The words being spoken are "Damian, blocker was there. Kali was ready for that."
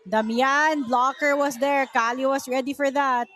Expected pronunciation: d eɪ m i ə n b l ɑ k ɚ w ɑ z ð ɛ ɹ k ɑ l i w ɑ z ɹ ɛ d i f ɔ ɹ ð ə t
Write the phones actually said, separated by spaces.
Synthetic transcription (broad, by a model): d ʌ m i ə n b l ɑ k ɚ w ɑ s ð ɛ ɹ k ɑ l i w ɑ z ɹ ɛ d i f ɔ ɹ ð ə t